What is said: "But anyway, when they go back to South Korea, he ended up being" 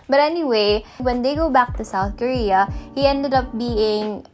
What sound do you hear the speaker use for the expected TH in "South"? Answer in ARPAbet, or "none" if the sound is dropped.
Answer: TH